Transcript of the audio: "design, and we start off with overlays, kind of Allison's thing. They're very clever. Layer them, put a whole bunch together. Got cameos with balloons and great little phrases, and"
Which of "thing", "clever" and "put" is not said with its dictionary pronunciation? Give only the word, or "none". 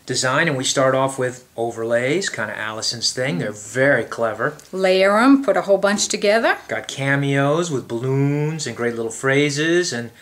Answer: none